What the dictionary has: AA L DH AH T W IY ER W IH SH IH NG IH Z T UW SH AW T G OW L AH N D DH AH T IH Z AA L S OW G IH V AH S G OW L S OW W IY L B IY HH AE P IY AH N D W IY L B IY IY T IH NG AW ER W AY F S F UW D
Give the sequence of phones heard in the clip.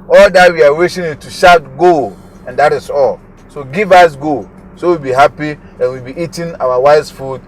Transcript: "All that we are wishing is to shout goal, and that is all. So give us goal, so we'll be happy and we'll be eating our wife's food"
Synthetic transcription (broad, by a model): AA L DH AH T W IY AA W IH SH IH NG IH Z T UW SH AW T G OW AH N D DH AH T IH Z AA L S OW G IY V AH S G OW S OW W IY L B IY HH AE P IY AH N W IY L B IY IY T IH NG AW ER W AY S F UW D